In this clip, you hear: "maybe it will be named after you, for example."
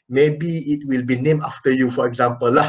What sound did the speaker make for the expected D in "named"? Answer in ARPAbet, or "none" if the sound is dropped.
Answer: none